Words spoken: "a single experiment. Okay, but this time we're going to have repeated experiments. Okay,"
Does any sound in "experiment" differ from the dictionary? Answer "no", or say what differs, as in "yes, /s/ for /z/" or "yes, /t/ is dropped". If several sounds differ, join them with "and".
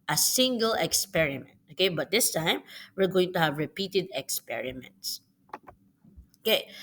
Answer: no